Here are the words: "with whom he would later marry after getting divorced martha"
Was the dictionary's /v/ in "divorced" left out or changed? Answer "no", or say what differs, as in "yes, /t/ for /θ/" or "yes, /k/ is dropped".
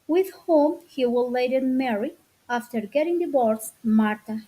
yes, /b/ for /v/